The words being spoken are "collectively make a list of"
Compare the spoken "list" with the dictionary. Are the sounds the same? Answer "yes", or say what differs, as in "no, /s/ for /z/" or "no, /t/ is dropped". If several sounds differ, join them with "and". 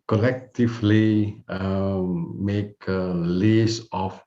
no, /t/ is dropped